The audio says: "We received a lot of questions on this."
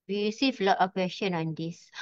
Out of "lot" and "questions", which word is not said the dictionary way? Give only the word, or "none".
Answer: questions